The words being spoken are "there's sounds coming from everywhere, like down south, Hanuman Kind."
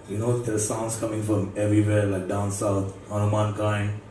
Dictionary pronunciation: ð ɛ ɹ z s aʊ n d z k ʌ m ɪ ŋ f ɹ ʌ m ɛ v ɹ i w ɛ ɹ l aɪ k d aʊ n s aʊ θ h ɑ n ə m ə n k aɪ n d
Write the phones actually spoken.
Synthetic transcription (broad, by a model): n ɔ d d s aʊ n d s k ʌ m ɪ ŋ f ɹ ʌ m ɛ v ɹ i w ɛ ɹ l aɪ k d aʊ n s aʊ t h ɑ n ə m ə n k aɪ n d